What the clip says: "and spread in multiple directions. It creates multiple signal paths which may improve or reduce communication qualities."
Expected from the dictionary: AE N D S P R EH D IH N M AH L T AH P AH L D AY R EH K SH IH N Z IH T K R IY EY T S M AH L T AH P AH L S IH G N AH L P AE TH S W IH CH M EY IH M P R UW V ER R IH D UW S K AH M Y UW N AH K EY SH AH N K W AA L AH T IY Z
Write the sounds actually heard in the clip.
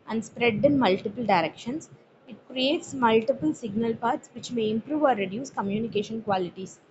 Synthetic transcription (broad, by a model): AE N D S P R EH D IH N M AH L T AH P AH L D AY R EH K SH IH N S IH T K R IY EY T S M AH L T AH P AH L S IH G N AH L P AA T S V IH CH M EY IH M P R UW V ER R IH D UW S K AH M Y UW N AH K EY SH AH N K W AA L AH T IY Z